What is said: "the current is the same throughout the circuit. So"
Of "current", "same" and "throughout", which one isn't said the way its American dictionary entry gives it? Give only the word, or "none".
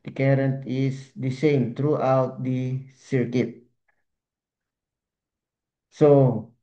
throughout